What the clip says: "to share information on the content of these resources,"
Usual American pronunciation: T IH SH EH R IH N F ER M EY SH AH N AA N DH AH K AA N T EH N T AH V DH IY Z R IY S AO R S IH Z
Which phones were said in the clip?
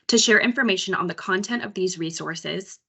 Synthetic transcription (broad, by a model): T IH SH EH R IH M F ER M EY SH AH N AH N DH AH K AA N T EH N T AH V DH IY Z R IY S AO R S IH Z